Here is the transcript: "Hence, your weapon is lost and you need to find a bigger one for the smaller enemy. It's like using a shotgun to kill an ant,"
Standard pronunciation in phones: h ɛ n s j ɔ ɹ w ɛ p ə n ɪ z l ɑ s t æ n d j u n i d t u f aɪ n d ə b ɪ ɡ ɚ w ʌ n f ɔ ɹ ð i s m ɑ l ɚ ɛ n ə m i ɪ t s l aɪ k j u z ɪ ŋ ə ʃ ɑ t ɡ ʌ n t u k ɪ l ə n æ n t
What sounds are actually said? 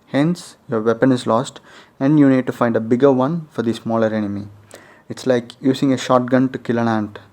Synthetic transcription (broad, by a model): h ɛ n s j ɔ ɹ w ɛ p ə n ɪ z l ɑ s t æ n d j u n i d t u f aɪ n d ə b ɪ ɡ ɚ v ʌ n f ɔ ɹ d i s m ɑ l ɚ ɛ n ə m i ɪ t s l aɪ k j u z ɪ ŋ ə ʃ ɑ t ɡ ʌ n t u k ɪ l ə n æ n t